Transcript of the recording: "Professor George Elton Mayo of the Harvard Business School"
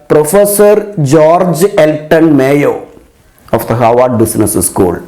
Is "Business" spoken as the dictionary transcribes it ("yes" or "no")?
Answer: no